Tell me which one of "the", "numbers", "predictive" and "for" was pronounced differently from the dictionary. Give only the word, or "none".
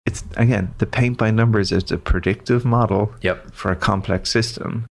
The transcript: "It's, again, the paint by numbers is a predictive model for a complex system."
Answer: none